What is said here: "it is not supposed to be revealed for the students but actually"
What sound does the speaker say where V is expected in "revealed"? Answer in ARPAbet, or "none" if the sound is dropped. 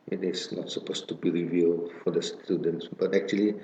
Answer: V